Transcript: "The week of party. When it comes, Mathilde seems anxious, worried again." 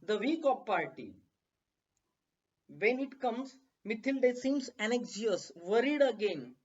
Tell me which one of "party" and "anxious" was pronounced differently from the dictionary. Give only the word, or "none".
anxious